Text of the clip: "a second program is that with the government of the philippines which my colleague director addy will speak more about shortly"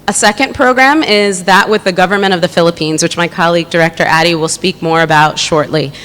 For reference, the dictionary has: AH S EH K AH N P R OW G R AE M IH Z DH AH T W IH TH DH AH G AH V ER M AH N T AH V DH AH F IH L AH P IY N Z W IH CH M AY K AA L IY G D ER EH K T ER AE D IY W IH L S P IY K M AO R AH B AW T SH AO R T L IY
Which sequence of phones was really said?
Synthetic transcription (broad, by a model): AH S EH K AH N P R OW G R AE M IH Z DH AH T W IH DH AH G AH V ER M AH T AH V DH AH F IH L AH P IY N Z W IH CH M AY K AA L IY G D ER EH K T ER AE D IY W IH L S P IY K M AO R AH B AW T SH AO R T L IY